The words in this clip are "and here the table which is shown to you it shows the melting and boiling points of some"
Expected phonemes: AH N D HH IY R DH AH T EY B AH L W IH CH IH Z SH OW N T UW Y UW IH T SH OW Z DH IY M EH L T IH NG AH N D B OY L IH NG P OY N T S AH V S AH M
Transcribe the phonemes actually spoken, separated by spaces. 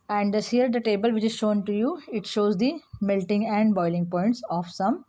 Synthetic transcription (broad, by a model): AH N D HH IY R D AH T EY B AH L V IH CH IH Z SH OW N T UW Y UW IH T SH OW Z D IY M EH L T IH NG AH N D B OY L IH NG P OY N T S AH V S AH M